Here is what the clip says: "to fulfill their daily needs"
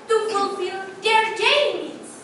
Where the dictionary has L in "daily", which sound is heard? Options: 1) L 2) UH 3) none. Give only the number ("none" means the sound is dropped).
3